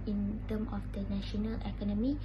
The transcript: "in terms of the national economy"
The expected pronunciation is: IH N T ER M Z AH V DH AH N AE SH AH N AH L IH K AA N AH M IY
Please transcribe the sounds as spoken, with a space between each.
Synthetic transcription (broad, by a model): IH N T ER M AH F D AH N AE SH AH N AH L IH K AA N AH M IY